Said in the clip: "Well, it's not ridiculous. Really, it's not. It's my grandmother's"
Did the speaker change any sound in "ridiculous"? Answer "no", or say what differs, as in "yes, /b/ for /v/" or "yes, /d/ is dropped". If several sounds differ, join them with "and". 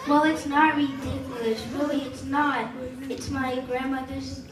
yes, /ʃ/ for /s/